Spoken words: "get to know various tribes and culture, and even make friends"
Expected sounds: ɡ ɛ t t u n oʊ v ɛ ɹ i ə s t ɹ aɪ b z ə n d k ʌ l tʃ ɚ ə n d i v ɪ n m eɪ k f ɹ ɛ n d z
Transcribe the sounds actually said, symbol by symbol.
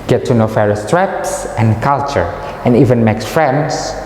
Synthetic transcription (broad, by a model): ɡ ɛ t t u n oʊ f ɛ ɹ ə s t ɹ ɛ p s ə n k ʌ l tʃ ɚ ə n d i v ɪ n m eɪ k f ɹ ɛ n d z